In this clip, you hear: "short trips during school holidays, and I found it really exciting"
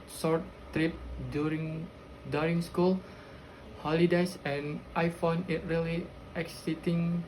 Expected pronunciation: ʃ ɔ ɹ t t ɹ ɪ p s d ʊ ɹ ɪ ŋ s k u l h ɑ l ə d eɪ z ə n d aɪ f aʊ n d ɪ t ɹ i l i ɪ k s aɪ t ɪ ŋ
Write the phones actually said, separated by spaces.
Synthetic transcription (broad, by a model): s ɔ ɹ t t ɹ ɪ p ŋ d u ɹ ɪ ŋ s k u l h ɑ l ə d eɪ s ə n aɪ f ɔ n ɪ t ɹ i l i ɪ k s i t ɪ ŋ